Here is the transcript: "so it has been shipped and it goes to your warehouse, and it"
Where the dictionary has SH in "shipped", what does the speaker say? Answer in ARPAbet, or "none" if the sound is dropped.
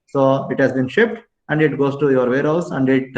SH